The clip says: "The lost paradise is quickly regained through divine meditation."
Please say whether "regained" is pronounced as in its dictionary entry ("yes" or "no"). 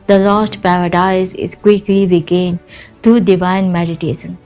yes